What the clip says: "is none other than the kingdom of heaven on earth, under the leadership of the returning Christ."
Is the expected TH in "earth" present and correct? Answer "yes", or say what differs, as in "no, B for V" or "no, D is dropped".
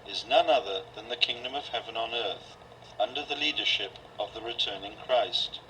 yes